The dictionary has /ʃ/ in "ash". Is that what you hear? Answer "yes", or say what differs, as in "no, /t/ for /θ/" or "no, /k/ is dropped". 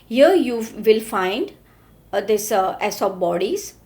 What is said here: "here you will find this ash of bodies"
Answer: no, /s/ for /ʃ/